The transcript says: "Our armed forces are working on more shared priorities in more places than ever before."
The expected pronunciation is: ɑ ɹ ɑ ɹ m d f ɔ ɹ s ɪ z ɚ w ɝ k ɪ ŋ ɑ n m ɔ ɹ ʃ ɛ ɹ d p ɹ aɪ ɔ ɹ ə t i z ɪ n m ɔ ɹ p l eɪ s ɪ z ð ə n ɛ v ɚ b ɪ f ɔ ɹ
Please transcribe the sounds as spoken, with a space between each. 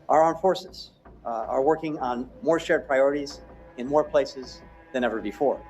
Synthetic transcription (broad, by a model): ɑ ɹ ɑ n f ɔ ɹ s ɪ z ɚ w ɝ k ɪ ŋ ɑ n m ɔ ɹ ʃ ɛ ɹ d p ɹ aɪ ɔ ɹ ə t i z ɪ n m ɔ ɹ p l eɪ s ɪ z ð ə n ɛ v ɚ b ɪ f ɔ ɹ